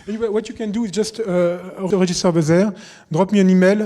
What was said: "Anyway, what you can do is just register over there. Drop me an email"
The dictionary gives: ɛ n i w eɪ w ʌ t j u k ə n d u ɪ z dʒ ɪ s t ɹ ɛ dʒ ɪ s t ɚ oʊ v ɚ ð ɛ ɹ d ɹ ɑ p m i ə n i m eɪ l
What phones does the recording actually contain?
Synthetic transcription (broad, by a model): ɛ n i w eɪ w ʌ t j u k ə n d u ɪ z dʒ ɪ s t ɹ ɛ ʒ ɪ s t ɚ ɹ b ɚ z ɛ ɹ d ɹ ɑ p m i ə n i m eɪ l